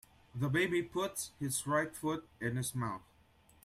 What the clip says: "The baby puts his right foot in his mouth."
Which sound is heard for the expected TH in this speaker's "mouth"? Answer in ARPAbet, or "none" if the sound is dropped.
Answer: TH